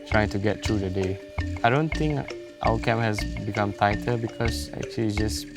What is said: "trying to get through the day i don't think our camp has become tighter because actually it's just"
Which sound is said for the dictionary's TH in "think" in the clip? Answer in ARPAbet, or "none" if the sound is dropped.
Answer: T